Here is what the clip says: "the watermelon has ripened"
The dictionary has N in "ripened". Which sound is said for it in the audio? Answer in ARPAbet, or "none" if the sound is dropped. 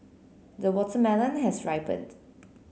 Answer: none